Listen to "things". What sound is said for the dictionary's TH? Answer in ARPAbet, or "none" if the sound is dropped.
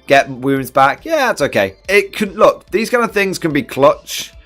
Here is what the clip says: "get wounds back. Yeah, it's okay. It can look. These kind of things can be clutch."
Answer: TH